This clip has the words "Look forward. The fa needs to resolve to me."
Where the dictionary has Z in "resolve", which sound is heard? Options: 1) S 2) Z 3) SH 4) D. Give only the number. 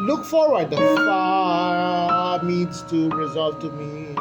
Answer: 2